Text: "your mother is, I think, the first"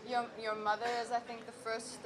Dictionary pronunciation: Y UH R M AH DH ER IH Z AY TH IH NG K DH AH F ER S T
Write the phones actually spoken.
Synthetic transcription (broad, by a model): Y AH R M AH DH ER IH Z AY TH IH NG K DH AH F ER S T